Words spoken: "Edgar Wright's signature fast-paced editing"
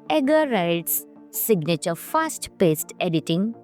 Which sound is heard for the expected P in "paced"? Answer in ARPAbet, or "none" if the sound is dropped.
P